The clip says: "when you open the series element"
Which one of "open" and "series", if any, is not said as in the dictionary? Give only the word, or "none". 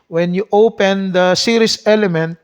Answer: series